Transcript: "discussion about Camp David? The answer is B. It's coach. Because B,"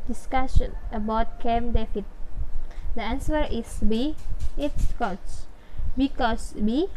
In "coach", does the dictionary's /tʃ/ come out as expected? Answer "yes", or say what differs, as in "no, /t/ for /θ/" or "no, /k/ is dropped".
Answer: no, /s/ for /tʃ/